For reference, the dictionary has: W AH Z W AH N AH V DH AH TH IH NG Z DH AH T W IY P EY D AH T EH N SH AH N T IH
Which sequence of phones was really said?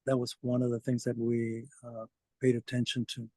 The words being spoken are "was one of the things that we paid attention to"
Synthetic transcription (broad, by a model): W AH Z W AH N AH V DH AH TH IH NG Z DH AH T W IY P EY D AH T EH N SH AH N T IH